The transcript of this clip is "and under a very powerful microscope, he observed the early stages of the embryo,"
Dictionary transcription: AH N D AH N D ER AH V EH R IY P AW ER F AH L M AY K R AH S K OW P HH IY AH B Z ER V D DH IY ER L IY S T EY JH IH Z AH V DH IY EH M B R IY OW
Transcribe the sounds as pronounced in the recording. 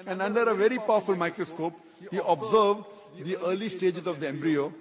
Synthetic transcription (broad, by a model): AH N D AH N D ER AH V EH R IY P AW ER F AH L M AY K R AH S K OW P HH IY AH B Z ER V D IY ER L IY S T EY JH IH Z AH V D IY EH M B R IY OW